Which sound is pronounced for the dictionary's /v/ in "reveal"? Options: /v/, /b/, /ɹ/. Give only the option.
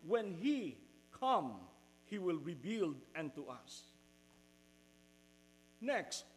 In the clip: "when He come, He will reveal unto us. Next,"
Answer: /b/